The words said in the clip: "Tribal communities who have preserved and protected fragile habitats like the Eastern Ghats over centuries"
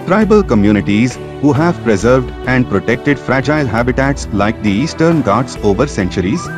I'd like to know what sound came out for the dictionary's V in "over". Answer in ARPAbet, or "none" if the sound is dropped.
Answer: V